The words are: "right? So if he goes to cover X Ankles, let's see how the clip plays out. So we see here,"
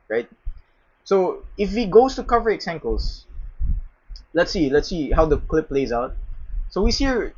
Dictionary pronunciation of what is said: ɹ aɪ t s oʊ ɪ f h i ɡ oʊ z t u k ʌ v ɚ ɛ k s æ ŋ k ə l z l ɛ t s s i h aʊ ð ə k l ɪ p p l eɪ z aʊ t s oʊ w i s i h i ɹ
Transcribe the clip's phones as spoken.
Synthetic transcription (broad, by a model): ɹ aɪ t s oʊ ɪ f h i ɡ oʊ s t u k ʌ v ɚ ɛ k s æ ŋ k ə l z l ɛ t s s i h aʊ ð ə k l ɪ p p l eɪ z aʊ t s oʊ w i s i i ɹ